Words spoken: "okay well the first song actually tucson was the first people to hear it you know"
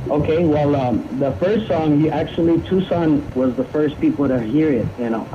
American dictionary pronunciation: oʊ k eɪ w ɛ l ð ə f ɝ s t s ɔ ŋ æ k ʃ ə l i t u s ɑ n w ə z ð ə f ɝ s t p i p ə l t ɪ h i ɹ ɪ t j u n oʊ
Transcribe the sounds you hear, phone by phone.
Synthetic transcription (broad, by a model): oʊ k eɪ w ɛ l ð ə f ɝ s t s ɔ ŋ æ k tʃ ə l i t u s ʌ n w ə z ð ə f ɝ s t p i p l t ɪ h i ɹ ɪ t j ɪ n oʊ